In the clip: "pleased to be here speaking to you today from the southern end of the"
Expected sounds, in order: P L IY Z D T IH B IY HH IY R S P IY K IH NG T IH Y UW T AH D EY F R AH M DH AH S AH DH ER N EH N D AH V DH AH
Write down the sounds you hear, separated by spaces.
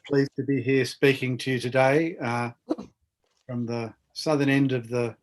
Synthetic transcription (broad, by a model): P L IY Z T IH B IY HH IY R S P IY K IH NG T IH Y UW T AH D EY F R AH M DH AH S AH DH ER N EH N D AH V DH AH